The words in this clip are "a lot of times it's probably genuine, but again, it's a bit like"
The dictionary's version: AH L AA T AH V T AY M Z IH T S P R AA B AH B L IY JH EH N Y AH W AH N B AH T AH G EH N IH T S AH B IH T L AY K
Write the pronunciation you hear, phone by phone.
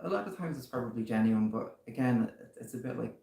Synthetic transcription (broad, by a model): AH L AA T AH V T AY M Z IH T S P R AA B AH B L IY JH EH N Y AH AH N B AH T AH G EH N IH T S AH B IH T L AY K